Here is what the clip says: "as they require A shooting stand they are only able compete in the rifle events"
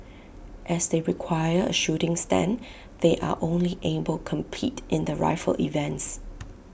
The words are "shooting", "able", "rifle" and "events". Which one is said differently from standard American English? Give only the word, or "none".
none